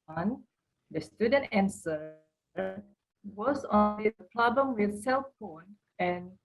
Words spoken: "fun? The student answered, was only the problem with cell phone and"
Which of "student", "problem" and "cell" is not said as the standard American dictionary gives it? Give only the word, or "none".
problem